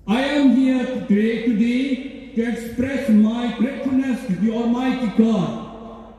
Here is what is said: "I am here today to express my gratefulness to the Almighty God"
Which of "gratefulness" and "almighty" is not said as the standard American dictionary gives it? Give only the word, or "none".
gratefulness